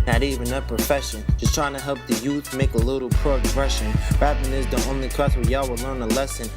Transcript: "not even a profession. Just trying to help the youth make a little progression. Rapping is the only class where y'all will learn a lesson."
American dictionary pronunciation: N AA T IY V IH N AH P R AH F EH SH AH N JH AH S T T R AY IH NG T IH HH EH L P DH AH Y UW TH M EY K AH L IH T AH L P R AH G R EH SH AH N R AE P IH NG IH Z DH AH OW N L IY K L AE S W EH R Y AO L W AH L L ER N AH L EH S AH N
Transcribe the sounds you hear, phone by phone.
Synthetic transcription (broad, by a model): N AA T IY V IH N AH P R AH F EH SH AH N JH AH S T T R AY IH NG T IH HH EH L P DH AH Y UW TH M EY K AH L IH T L P R AH G R EH SH AH N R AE IH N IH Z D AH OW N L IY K AE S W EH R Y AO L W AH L L ER N AH L EH S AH N